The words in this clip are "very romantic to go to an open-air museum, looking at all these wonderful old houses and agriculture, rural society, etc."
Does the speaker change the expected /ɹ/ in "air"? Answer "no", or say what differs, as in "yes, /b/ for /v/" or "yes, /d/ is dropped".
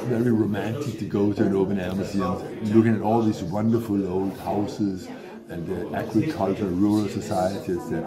yes, /l/ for /ɹ/